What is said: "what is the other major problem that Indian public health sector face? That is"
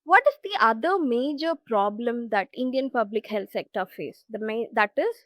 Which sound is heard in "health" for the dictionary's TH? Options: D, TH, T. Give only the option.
T